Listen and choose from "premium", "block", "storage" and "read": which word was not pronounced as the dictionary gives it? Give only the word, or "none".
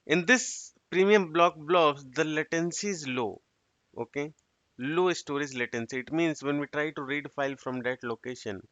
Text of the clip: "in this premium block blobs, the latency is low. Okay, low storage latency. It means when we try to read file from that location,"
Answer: storage